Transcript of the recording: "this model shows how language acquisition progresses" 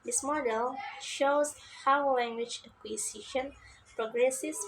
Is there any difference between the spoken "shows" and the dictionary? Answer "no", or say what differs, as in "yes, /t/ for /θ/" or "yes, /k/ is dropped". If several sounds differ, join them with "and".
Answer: no